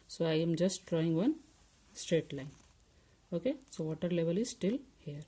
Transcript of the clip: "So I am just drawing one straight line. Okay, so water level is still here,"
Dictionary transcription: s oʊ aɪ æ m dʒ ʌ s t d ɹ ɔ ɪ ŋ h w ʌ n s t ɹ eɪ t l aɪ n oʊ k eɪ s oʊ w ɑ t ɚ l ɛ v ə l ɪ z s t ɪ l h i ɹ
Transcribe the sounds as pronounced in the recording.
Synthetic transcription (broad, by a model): s oʊ aɪ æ m dʒ ʌ s t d ɹ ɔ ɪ ŋ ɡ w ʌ n s t ɹ eɪ t l aɪ n oʊ k eɪ s oʊ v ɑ t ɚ l ɛ v ə l ɪ z s t ɪ l h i ɹ